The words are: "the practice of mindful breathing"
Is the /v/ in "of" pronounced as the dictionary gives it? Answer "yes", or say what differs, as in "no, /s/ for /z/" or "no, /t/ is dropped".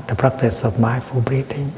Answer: no, /p/ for /v/